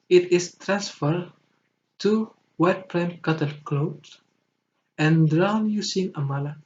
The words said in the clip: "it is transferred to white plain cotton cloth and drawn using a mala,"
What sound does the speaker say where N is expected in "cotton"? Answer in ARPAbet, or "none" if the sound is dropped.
L